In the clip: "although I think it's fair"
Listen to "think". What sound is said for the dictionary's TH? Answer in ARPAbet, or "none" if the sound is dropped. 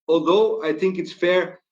TH